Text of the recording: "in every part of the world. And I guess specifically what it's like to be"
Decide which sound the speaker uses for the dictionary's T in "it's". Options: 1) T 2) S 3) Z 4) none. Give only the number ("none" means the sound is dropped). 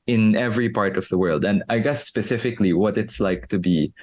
1